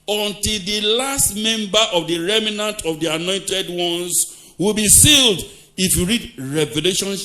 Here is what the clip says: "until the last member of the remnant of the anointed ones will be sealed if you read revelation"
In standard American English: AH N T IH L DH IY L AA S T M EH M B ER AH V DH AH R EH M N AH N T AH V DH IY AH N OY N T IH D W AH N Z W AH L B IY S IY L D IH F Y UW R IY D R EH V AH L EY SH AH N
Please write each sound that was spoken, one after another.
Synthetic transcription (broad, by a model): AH N T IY L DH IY L AA S T M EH M B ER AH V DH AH R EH M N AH N T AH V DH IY AH N OY N T IH D W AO N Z W AH L B IY S IY L D IH F Y UW R IY D R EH V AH L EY SH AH N